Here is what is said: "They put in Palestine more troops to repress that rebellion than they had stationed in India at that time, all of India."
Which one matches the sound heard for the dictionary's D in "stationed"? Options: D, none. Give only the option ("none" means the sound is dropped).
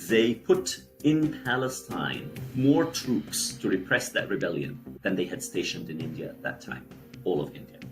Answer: D